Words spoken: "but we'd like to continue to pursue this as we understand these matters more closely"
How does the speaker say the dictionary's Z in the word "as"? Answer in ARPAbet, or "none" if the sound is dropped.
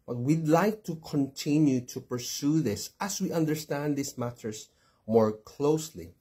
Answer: S